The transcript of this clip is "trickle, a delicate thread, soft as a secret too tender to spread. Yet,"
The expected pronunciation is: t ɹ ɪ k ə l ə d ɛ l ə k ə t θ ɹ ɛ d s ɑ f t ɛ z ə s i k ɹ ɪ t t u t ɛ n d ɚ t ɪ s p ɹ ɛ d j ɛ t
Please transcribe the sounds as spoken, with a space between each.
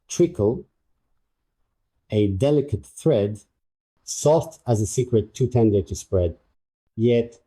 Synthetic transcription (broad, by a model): t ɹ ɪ k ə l ə d ɛ l ə k ə t θ ɹ ɛ d s ɑ f t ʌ z ə s i k ɹ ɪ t t u t ɛ n d ɚ t ɪ s p ɹ ɛ d j ɛ t